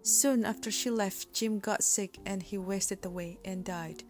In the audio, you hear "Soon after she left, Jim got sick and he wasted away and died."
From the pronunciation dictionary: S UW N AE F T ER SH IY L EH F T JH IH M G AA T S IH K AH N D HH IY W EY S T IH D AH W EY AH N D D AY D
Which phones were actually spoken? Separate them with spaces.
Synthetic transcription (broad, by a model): S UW N AE F T ER SH IY L EH F T JH IH M G AA T S IH K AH N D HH IY W EY S T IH D AH W EY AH N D D AY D